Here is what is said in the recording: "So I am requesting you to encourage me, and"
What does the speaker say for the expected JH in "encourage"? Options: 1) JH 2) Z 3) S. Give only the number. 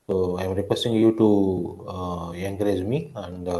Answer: 2